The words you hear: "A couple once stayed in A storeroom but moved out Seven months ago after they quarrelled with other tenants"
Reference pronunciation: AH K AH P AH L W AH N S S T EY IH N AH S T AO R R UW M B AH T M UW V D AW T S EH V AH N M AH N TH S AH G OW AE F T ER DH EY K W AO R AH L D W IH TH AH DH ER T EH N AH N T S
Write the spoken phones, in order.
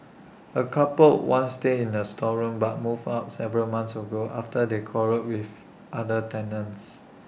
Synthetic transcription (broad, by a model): AH K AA P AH L W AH N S S T EY IH N AH S T AO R R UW M B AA T M UW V AW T S EH V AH L M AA N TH S AH G OW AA F T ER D EY K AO R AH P W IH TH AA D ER T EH N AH N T S